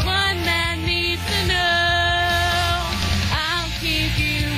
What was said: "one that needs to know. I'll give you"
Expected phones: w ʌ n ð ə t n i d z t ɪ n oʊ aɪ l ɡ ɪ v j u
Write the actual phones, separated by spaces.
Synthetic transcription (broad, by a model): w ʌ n ð ə t n i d t ɪ n oʊ aɪ l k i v j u